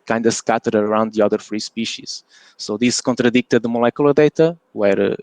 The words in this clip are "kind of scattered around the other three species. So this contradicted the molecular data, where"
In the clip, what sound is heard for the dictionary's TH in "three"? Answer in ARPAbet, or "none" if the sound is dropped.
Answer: F